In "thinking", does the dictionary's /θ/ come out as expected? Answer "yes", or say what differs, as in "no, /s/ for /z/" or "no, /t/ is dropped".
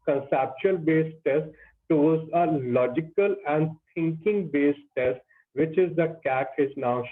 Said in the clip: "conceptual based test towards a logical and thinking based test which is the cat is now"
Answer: no, /t/ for /θ/